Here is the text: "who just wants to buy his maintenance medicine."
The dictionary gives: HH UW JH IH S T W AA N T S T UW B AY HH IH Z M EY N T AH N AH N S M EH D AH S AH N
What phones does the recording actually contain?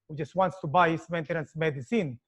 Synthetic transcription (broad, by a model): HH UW JH IH S T W AA N T S T UW B AY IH S M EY N T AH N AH N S M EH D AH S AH N